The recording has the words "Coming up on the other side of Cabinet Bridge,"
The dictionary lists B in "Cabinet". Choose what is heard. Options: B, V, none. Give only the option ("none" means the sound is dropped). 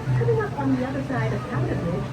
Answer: none